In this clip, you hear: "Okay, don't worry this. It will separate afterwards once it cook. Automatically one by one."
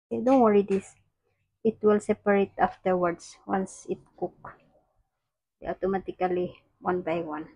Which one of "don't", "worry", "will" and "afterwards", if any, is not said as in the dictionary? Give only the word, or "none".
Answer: afterwards